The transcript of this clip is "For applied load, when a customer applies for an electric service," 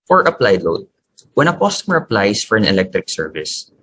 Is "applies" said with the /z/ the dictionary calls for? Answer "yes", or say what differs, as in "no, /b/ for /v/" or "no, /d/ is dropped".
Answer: no, /s/ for /z/